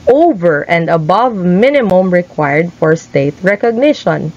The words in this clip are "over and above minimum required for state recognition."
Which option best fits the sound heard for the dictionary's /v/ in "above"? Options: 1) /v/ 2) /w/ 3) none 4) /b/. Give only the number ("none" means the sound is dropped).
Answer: 1